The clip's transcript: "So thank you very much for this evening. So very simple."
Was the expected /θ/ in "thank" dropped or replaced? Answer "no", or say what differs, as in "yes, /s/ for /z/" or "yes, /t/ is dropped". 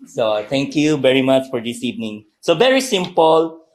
yes, /t/ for /θ/